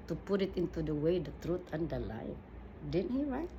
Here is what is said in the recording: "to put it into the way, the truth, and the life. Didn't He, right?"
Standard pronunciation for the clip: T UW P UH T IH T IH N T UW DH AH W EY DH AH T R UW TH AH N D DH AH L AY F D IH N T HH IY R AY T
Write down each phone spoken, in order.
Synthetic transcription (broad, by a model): T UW P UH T IH T IH N T UW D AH W EY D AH T R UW T AH N D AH L AY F D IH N HH IY R AY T